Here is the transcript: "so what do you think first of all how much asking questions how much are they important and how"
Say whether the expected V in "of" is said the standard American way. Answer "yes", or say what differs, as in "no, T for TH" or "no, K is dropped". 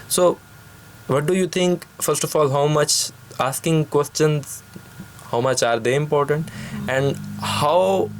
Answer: no, F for V